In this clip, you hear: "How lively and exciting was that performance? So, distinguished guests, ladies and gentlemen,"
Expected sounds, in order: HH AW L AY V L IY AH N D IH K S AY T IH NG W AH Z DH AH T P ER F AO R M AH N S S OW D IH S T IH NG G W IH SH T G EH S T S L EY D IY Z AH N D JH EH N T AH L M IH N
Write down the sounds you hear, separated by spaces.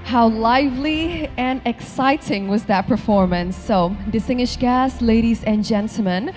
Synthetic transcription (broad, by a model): HH AW L AY V L IY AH N IH K S AY T IH NG W AH Z DH AH T P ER F AO R M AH N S S OW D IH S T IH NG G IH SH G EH S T L EY D IY Z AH N JH EH N T L M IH N